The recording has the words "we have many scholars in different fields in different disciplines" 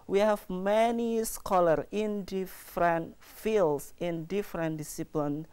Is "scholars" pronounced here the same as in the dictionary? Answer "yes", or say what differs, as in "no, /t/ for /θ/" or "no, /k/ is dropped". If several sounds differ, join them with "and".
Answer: no, /z/ is dropped